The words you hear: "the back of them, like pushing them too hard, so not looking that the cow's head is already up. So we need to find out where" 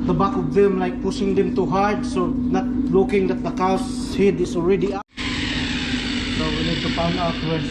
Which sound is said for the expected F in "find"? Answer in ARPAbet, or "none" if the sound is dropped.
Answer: P